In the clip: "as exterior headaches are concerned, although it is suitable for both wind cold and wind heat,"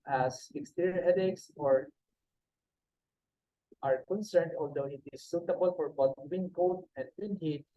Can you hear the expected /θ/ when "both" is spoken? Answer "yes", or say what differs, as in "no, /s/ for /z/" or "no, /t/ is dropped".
no, /t/ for /θ/